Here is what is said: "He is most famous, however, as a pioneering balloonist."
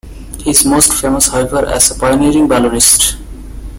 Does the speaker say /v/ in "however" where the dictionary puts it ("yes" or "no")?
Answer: no